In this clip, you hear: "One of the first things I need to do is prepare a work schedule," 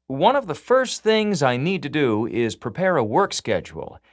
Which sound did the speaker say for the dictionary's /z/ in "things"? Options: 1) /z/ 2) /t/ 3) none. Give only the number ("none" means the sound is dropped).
1